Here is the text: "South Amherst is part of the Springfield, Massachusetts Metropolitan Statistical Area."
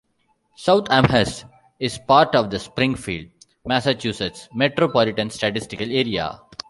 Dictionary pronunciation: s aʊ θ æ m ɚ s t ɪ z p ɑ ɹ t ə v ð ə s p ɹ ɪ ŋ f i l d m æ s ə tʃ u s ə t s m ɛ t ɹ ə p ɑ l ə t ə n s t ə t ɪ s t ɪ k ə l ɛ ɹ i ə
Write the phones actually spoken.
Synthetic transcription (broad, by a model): s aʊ t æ m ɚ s ɪ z p ɑ ɹ t ə v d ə s p ɹ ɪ ŋ f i l d m æ s ə tʃ u s ə t s m ɛ t ɹ ə p ɑ l ə t ə n s t ə t ɪ s t ɪ k ə l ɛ ɹ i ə